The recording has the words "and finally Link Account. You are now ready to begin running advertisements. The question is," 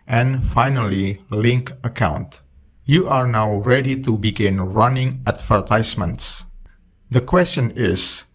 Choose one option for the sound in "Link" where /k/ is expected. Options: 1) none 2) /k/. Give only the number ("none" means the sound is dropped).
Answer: 2